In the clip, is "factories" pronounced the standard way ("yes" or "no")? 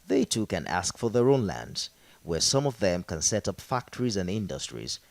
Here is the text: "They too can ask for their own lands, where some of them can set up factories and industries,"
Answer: yes